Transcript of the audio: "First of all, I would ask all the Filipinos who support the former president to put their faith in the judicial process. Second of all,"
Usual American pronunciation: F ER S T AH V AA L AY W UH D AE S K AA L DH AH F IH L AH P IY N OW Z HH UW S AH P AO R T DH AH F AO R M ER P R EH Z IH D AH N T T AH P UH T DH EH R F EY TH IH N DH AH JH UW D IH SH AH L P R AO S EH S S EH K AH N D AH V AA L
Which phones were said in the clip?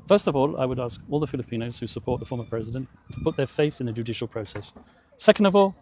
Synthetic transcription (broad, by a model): F ER S T AH V AA L AY W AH D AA S K AA L DH AH F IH L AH P IY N OW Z HH UW S AH P AO R T DH AH F AO R M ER P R EH Z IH D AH N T T AH P UH T DH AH R F EY TH IH N DH AH JH UW D IH SH AH L P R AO S EH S S EH K AH N D AH V AA L